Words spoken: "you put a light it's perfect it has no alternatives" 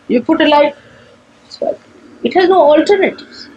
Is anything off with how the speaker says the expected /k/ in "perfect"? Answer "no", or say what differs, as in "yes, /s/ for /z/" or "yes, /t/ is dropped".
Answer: yes, /k/ is dropped